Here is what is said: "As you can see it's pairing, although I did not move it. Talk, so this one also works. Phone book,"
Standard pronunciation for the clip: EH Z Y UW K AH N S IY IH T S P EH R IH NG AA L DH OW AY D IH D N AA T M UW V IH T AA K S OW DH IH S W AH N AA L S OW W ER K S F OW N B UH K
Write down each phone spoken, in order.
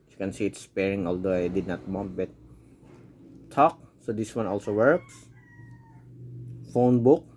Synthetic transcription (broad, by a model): Y UW K AH N S IY IH T S P EH R IH NG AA L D OW AY D IH D N AA T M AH B IH T AA K S OW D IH S W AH N AA L S OW W ER K S F OW N B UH K